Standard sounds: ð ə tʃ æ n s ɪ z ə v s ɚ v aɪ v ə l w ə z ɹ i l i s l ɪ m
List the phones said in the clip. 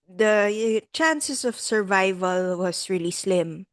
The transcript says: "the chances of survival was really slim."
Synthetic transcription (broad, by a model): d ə tʃ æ n s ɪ s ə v s ɚ v aɪ v ə l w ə s ɹ i l i s l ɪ m